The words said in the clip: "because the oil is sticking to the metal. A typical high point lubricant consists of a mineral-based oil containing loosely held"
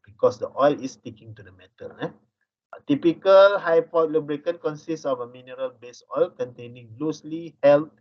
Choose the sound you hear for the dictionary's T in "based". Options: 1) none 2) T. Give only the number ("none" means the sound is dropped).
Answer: 1